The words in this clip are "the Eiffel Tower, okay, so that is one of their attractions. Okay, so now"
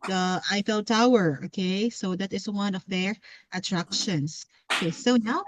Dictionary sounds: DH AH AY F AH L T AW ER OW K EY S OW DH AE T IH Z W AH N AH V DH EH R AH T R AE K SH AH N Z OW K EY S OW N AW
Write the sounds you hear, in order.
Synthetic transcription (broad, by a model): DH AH AY F AH L T AW ER OW K EY S OW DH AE T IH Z W AH N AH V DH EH R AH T R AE K SH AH N S OW K EY S OW N AW